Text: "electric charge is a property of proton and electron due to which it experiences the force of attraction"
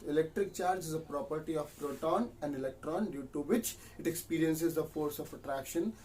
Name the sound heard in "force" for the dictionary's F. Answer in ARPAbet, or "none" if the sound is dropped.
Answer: F